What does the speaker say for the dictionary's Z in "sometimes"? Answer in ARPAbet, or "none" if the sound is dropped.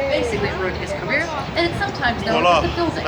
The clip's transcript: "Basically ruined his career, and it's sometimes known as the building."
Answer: Z